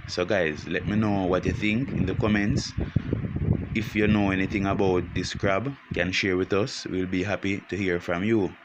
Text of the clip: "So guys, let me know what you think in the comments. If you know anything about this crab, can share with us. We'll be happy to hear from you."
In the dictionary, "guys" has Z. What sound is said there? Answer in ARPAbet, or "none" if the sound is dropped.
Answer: Z